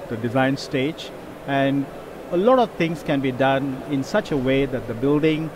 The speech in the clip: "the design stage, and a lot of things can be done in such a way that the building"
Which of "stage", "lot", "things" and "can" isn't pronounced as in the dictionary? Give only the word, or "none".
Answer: things